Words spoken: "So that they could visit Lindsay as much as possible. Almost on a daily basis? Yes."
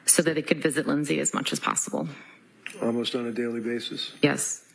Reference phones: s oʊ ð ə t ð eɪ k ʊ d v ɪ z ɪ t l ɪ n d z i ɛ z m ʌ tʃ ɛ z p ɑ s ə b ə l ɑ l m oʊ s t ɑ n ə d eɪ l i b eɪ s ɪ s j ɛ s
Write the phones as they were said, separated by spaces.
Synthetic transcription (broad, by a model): s oʊ ð ə t ð eɪ k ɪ d v ɪ z ɪ t l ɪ n z i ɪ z m ʌ tʃ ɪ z p ɑ s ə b l ɑ l m oʊ s t n ə d eɪ l i b eɪ s ɪ s j ɛ s